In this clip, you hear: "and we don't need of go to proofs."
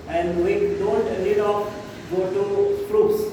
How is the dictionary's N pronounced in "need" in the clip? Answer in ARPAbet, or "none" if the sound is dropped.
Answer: L